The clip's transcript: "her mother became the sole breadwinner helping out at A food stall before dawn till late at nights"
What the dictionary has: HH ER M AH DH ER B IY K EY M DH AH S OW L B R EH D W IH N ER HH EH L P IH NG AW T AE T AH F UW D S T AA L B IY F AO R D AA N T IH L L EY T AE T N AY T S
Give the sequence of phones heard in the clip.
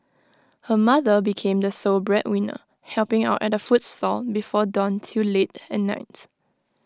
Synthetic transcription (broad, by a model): HH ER M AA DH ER B IY K EY M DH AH S OW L B R EH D W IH N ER HH EH L P IH NG AW T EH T AH F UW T S T AA L B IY F AO D AA N T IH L L EY T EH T N AY T